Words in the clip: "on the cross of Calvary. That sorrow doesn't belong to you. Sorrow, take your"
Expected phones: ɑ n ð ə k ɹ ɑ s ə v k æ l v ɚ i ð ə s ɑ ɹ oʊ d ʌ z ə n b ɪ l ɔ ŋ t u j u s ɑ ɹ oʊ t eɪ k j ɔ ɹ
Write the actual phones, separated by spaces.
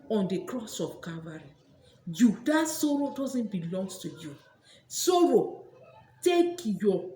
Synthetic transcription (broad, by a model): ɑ n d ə k ɹ ɑ s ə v k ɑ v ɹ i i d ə s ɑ ɹ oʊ d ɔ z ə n b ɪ l ɔ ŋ t u j u s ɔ ɹ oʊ t eɪ k j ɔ